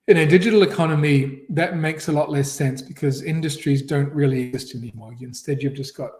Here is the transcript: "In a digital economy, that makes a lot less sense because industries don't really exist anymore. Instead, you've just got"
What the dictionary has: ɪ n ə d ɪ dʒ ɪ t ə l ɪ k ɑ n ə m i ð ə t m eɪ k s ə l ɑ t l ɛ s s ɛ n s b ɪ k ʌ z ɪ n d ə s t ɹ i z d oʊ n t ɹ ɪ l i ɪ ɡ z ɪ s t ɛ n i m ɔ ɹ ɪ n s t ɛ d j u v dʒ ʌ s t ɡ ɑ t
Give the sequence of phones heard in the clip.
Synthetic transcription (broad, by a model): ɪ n ə d ɪ dʒ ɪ t l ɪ k ɑ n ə m i ð ə t m eɪ k s ə l ɑ t l ɛ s s ɛ n s b ɪ k ʌ z ɪ n d ə s t ɹ i z d oʊ n t ɹ ɪ l i ɪ ɡ z ɪ s t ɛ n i m ɔ ɹ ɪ n s t ɛ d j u v dʒ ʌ s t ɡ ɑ t